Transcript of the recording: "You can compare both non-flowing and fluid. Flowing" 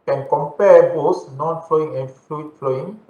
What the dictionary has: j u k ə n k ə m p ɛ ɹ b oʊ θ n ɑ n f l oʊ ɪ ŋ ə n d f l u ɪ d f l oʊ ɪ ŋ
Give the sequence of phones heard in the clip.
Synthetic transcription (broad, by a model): k ə n k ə m p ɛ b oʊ s n ɑ n f l oʊ ɪ ŋ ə n f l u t f l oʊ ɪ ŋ